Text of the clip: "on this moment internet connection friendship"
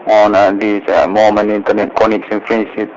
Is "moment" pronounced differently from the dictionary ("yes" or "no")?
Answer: yes